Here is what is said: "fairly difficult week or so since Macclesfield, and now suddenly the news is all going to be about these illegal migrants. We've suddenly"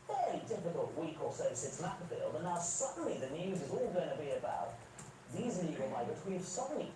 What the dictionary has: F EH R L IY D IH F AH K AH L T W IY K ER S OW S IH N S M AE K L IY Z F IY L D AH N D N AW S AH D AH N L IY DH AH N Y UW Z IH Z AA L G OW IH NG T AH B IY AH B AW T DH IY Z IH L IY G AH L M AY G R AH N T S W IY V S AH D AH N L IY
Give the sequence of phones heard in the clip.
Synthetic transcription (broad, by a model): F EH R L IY D IH F AH K AH L T W IY K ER S OW S IH N S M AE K AH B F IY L AH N N AW S AH D N L IY DH AH N Y UW Z IH Z AA L G OW IH NG T AH B IY AH B AW T DH IY Z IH N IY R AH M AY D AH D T W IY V S AH D N L IY